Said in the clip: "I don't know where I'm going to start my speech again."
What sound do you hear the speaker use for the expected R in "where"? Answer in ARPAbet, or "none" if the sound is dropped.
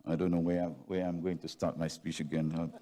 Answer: W